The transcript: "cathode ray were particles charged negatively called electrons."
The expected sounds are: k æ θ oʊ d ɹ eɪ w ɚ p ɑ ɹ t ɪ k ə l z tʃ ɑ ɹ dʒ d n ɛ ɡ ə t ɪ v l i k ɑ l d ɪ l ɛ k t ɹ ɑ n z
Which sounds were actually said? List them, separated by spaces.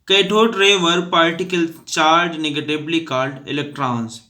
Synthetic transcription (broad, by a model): k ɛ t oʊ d ɹ eɪ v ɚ p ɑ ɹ t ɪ k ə l tʃ ɑ ɹ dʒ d n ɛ ɡ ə t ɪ b l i k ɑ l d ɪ l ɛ k t ɹ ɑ n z